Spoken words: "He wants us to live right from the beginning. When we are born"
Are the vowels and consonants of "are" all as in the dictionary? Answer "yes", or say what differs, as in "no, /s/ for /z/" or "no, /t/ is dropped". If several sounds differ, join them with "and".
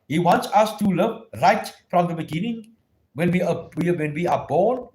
no, /w/ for /ɹ/